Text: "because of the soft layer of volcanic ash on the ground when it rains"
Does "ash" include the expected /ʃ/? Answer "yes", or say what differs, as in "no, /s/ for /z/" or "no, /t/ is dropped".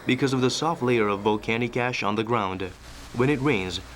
yes